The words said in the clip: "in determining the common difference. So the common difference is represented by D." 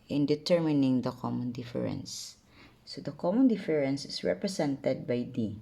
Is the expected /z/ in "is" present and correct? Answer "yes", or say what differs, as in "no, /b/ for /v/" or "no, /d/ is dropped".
no, /s/ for /z/